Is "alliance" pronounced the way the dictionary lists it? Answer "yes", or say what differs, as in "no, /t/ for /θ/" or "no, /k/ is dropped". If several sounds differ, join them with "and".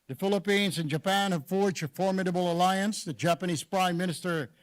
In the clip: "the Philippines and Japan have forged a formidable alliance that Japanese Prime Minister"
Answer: yes